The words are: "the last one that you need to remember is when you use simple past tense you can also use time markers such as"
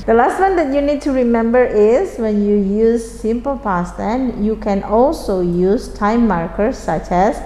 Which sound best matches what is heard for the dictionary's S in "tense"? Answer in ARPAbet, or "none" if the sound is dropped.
none